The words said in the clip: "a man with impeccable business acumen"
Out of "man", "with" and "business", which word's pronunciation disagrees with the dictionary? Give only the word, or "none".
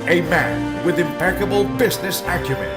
none